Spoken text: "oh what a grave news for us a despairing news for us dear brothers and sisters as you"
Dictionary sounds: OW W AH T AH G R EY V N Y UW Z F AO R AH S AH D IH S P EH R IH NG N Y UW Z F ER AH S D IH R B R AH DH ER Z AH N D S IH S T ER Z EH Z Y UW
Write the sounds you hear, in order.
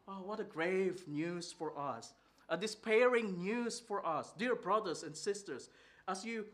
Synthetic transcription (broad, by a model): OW W AH T AH G R EY V N Y UW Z F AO R AH S AH D IH S P EH R IH NG N Y UW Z F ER AH S D IH R B R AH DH ER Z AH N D S IH S T ER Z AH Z Y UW